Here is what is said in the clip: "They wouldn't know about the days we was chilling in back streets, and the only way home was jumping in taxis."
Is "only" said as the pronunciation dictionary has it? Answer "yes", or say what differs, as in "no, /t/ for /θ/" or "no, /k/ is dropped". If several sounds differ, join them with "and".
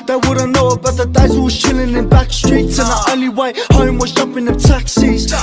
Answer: no, /n/ is dropped